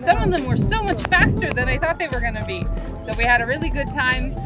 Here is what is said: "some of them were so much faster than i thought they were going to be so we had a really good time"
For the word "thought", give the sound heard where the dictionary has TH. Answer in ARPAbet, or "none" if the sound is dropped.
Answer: TH